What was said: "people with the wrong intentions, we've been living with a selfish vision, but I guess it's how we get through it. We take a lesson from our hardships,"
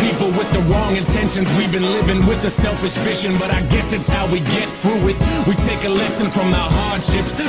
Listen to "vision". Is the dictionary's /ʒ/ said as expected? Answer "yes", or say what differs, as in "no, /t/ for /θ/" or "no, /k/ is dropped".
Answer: no, /ʃ/ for /ʒ/